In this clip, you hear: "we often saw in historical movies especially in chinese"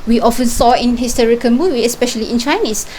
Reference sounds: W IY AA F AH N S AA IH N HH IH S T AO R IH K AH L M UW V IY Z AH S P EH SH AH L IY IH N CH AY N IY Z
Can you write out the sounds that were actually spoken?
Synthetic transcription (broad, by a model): W IY AA F AH N S AA IH N HH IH S T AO R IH K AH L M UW W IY AH S P EH SH AH L IY IH N CH AY N IY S